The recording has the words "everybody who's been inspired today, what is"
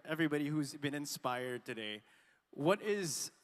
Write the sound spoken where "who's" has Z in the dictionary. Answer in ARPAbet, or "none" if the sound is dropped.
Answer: Z